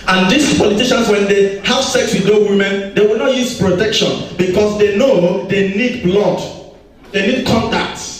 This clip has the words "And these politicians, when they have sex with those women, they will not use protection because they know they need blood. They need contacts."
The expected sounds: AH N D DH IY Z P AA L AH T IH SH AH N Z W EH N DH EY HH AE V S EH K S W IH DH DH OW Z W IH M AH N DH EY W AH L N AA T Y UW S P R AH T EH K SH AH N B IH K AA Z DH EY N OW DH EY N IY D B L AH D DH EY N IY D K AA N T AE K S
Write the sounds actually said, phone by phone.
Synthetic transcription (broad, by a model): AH N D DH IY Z P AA L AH T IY SH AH N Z W EH N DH EY HH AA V S EH K S W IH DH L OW W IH M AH N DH EY W AH L N AA T Y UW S P R AH T EH K SH AH N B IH K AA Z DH EY N OW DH EY N IY D B L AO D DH EY N IY D K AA N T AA K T